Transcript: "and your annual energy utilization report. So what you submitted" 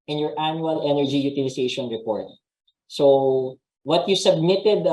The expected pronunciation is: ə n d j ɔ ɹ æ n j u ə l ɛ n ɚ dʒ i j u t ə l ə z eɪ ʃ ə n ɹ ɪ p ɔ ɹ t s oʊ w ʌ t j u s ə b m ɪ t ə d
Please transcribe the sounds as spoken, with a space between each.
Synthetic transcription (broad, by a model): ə n j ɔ ɹ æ n j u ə l ɛ n ɚ dʒ i j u t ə l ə s eɪ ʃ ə n ɹ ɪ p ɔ ɹ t s oʊ w ʌ t j u s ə b m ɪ t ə d